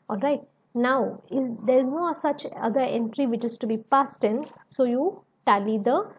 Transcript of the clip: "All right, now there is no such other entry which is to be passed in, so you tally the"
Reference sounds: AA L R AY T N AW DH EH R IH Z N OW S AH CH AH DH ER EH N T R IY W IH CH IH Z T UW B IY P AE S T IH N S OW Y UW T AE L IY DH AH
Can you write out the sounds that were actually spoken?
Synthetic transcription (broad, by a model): AA L R AY T N AW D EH R IH Z N OW S AH CH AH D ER EH N T R IY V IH CH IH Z T UW B IY P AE S T IH N S OW Y UW T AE L IY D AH